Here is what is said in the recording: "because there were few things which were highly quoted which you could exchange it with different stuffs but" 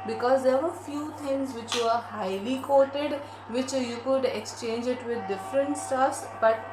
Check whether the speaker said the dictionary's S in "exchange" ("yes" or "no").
yes